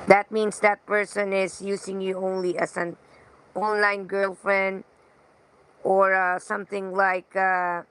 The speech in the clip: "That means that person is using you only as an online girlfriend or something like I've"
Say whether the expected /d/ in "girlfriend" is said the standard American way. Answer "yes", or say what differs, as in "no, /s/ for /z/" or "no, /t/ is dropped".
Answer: yes